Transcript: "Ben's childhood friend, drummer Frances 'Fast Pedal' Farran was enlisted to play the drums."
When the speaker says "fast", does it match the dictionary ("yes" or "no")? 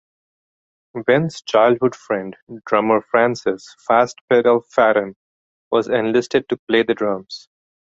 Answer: yes